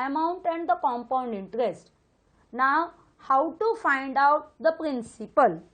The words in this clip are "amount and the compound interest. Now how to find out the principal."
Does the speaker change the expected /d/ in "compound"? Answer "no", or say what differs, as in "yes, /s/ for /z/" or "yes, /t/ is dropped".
no